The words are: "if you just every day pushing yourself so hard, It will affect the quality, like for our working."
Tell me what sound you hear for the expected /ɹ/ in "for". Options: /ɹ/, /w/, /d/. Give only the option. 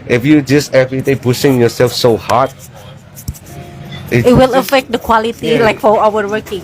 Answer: /w/